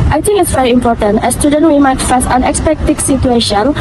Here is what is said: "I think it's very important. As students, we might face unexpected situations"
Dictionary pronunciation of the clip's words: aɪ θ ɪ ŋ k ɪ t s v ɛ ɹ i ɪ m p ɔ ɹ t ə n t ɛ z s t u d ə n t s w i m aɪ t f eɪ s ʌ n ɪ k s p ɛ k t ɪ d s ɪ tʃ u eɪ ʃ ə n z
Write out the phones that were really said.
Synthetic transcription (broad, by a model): aɪ t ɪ ŋ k ɪ t s v ɛ ɹ i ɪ m p ɔ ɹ t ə n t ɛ s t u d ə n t w i m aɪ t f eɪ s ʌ n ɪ k s p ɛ k t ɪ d s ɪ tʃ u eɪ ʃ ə n